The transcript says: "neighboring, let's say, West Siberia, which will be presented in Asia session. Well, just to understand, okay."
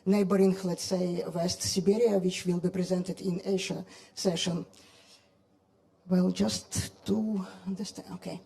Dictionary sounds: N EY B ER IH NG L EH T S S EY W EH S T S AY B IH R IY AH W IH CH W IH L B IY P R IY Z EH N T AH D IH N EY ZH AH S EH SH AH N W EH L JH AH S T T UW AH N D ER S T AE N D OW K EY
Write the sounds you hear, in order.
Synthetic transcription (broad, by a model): N EY B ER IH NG L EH T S S EY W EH S T S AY B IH R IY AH W IH CH W IH L B IY P R IY Z EH N T AH D IH N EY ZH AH S EH SH AH N W EH L JH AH S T T UW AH N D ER S T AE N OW K EY